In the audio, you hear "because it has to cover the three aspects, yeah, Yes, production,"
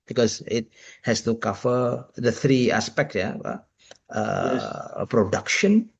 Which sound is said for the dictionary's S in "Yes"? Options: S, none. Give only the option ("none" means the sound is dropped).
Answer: none